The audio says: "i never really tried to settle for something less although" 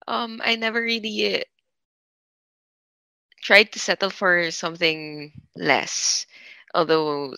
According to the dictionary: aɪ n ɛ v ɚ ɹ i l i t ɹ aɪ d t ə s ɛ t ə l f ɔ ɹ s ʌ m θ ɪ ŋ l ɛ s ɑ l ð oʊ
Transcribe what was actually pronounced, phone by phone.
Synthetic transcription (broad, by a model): aɪ n ɛ v ɚ ɹ i l i t ɹ aɪ d t ə s ɛ t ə l f ɔ ɹ s ʌ m θ ɪ ŋ l ɛ s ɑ l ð oʊ